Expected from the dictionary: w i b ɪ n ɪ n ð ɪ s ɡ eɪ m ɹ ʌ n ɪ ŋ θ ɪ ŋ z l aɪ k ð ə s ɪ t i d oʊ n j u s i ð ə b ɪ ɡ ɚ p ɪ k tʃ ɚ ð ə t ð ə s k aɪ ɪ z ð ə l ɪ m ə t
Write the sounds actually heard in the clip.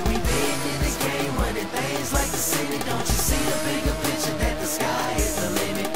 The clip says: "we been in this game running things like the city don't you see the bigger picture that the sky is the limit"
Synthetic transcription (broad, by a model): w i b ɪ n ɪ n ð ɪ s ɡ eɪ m w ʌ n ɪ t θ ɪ z l aɪ k ð ə s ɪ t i d oʊ n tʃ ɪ s i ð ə b ɪ ɡ ɚ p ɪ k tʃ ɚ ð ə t ð ə s k aɪ ɪ z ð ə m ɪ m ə